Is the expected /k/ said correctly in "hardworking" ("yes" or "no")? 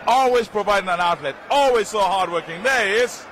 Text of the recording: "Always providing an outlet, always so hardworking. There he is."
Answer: yes